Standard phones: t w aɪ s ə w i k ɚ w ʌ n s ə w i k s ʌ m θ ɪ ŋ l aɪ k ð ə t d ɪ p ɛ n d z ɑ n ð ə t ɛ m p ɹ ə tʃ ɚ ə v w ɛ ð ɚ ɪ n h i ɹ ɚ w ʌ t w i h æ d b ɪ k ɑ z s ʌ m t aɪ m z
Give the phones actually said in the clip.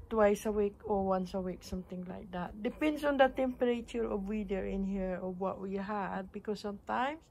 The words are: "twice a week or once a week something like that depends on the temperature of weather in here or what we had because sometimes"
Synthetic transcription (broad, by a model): t w aɪ s ə w i k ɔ w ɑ n s ə w i k s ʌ m t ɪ ŋ l aɪ k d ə t d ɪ p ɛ n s ɑ n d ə t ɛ m p ɹ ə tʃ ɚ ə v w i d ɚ ɪ n h i ɹ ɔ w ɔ t w i h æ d b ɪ k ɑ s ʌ m t aɪ m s